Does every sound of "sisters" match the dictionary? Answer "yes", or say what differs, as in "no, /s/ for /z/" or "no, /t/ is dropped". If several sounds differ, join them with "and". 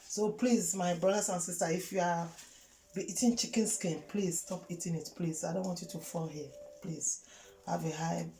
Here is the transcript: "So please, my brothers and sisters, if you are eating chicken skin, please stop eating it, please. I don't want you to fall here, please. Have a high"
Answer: no, /z/ is dropped